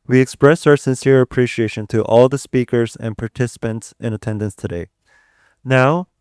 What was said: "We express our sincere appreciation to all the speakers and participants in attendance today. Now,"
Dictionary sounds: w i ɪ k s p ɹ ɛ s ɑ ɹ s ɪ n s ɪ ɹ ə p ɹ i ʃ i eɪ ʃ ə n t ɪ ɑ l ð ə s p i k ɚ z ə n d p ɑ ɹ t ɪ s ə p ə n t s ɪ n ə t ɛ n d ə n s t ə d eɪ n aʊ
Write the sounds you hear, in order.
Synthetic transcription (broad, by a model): w i ɪ k s p ɹ ɛ s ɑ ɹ s ɪ n s ɪ ɹ ə p ɹ i ʃ i eɪ ʃ ə n t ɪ ɑ l ð ə s p i k ɚ z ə n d p ɑ ɹ t ɪ s ə p ə n t s ɪ n ə t ɛ n d ə n s t ə d eɪ n aʊ